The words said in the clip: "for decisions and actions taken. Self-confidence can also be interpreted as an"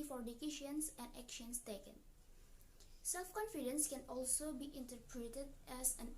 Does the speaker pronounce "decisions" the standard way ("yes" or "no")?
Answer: no